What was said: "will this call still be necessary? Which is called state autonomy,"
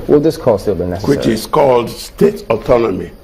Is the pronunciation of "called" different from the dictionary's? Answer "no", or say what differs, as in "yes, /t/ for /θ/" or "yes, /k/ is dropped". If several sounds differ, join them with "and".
no